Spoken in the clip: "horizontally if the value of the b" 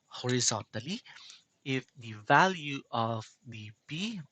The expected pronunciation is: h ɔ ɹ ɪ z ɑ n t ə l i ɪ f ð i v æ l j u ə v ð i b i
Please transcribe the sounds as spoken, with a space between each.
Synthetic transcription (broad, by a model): h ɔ ɹ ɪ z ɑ n t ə l i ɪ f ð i v æ l j u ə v ð i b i